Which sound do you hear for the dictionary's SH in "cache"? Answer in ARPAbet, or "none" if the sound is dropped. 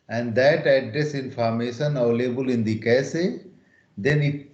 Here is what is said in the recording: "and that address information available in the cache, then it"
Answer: S